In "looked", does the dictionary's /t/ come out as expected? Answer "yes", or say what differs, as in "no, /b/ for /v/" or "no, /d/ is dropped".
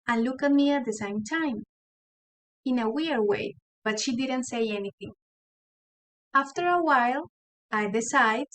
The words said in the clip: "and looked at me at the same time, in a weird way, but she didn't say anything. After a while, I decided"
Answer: no, /t/ is dropped